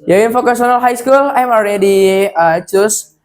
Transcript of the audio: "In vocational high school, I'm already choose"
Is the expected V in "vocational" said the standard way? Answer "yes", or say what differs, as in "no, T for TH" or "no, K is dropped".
no, F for V